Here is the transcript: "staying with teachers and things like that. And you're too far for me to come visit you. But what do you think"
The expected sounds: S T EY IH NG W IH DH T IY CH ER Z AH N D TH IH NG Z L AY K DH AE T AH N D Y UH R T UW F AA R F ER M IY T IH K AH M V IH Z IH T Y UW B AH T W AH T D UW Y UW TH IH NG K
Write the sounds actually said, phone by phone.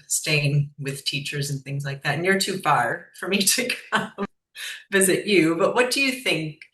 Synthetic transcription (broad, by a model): S T EY IH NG W IH DH T IY CH ER Z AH N TH IH NG Z L AY K DH AE T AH N Y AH R T UW F AA R F ER M IY T IH K AH M V IH Z IH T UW B AH T W AH T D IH Y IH TH IH NG K